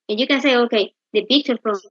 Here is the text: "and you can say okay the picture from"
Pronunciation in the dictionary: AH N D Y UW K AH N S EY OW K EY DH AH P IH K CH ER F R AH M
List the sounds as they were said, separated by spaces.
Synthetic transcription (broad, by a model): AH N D Y UW K AH N S EY OW K EY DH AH B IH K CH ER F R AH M